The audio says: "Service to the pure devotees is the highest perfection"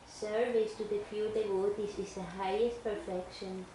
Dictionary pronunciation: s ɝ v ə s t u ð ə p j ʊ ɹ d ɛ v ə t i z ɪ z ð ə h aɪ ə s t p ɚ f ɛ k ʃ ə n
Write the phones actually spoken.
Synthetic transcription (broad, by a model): s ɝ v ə s t u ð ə f j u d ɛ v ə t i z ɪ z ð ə h aɪ ə s t p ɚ f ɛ k ʃ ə n